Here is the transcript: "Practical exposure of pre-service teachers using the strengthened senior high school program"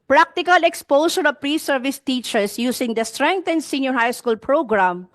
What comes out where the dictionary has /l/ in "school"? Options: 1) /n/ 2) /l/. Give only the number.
2